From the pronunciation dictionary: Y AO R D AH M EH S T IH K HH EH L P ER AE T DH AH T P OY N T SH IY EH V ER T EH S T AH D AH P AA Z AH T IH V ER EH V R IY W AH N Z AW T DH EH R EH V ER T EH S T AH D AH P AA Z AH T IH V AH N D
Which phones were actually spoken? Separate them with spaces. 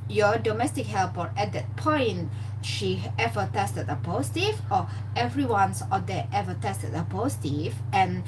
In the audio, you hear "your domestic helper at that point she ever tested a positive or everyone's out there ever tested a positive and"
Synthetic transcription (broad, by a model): Y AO D AH M EH S T IH K HH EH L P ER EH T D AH T P OY N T SH IY EH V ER T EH S T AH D AH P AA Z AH T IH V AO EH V R IY W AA N S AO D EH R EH V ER T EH S T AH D AH P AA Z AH T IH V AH N